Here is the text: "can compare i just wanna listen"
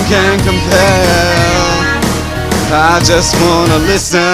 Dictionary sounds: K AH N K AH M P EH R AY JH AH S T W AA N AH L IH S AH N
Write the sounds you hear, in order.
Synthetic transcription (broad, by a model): K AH N K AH M P EH L AY JH AH S T W AA N AH L IH S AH